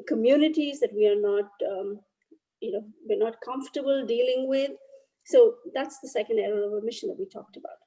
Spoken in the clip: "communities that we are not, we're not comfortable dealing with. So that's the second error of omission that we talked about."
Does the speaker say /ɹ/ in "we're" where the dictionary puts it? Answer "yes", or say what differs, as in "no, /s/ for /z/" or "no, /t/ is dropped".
no, /w/ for /ɹ/